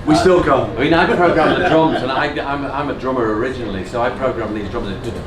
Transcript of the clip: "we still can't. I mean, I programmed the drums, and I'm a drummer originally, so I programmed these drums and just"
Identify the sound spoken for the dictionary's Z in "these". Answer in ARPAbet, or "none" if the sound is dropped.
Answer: Z